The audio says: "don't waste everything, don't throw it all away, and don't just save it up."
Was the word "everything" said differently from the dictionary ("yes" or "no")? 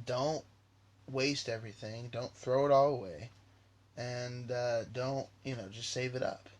no